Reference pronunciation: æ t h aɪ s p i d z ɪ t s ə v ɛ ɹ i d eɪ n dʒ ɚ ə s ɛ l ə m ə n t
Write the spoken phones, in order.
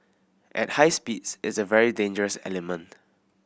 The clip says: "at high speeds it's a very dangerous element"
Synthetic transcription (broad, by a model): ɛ t h aɪ s p i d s ɪ t s ə v ɛ ɹ i d eɪ n dʒ ɚ ə s ɛ l ə m ə n t